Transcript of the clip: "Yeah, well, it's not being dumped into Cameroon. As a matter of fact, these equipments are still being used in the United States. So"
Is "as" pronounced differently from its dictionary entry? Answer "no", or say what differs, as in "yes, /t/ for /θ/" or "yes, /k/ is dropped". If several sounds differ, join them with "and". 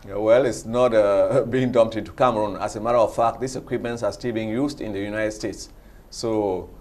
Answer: yes, /s/ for /z/